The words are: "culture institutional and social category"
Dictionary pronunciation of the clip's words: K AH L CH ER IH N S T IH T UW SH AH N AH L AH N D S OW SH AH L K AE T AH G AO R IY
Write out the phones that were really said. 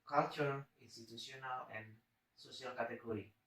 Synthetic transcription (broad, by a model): K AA L CH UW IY N S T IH T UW S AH N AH L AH N S OW S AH L K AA T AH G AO R IY